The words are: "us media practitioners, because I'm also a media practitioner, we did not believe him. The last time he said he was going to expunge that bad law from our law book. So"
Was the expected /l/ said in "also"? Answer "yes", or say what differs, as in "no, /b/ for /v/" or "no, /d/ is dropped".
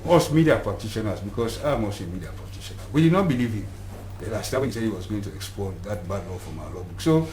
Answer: no, /l/ is dropped